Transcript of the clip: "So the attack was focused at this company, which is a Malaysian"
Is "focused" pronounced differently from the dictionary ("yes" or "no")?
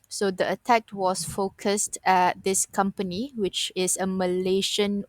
no